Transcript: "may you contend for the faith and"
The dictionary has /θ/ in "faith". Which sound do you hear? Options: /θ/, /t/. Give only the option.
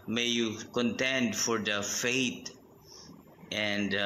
/t/